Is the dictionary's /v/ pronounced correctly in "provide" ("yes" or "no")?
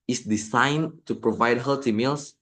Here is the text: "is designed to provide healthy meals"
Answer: yes